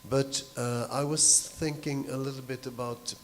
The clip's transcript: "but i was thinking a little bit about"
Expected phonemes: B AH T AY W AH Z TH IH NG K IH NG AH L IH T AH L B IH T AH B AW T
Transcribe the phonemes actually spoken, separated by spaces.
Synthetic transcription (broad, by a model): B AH T AY W AH Z TH IH NG K IH NG AH L IH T L B IH T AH B AW T